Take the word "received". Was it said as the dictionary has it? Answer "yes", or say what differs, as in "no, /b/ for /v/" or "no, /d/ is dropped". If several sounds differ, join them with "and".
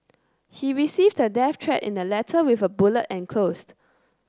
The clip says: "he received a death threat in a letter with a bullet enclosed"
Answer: yes